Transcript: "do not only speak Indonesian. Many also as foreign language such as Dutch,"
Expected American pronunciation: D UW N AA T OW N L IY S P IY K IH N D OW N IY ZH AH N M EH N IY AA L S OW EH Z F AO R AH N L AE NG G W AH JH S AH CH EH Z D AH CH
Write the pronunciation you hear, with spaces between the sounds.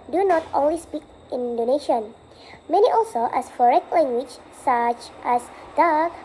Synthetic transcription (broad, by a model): D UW N AA T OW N W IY S P IY K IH N D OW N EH SH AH N M EH N IY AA L S OW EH S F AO R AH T L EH NG G W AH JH S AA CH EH S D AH